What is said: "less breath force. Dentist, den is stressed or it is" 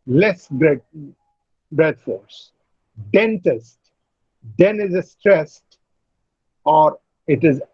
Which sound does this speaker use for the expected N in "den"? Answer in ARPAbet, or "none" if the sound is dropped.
N